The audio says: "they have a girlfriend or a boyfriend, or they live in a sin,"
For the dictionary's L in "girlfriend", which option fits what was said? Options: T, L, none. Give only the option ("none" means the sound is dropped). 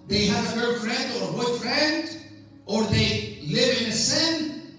none